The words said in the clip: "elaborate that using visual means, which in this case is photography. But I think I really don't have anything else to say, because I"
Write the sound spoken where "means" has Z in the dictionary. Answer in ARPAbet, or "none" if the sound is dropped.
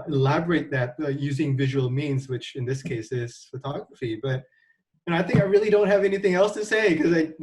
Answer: Z